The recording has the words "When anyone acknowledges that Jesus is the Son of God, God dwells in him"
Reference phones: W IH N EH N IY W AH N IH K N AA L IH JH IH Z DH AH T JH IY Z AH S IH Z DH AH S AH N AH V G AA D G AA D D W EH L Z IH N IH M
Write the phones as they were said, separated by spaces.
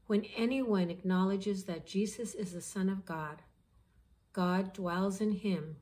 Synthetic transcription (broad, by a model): W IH N EH N IY W AH N IH K N AA L IH JH IH Z DH AH T JH IY Z AH S IH Z DH AH S AH N AH V G AA D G AA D D W EH L Z IH N IH M